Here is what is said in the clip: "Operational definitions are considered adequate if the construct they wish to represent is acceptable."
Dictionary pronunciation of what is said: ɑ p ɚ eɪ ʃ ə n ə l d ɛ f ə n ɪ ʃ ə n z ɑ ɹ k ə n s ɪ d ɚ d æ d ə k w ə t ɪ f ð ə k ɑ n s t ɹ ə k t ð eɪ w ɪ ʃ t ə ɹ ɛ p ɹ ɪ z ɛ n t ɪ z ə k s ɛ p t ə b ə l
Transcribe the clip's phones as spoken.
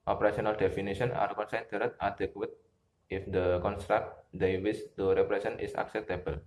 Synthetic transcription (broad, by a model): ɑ p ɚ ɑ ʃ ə n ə l d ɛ f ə n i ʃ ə n ɑ ɹ k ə n s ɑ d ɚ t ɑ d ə k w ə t ɪ f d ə k ɑ n s t ɹ ə k t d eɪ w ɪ s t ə ɹ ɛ p ɹ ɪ s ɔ n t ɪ s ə k s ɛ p t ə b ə l